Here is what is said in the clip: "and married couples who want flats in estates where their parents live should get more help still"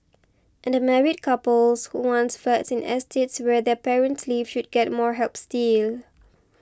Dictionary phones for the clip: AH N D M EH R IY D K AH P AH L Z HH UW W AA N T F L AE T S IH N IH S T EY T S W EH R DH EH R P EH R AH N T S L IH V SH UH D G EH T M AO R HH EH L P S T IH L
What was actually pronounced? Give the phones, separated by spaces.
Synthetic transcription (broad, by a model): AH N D M EH R IY D K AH P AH L S HH UW W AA N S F EH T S IH N IH S T EY T S W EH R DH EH P EH R AH N T S L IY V SH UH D G EH T M AO R HH EH L P S T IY L